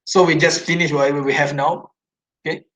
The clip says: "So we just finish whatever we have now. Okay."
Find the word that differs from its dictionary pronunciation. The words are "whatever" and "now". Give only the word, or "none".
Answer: whatever